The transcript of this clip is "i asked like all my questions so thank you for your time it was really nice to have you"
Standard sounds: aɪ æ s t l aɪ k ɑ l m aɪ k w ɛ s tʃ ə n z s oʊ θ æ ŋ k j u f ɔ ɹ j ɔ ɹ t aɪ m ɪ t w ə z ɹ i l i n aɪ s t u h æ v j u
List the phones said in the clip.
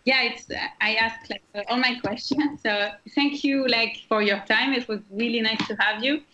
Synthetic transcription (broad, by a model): aɪ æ s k l aɪ k ɑ l m aɪ k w ɛ s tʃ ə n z s oʊ θ æ ŋ k j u f ɔ ɹ j ɔ ɹ t aɪ m ɪ t w ə z ɹ i l i n aɪ s t u h æ v j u